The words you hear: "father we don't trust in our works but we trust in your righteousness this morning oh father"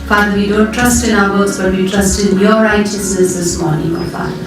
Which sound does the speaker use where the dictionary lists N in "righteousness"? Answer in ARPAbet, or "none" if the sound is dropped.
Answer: none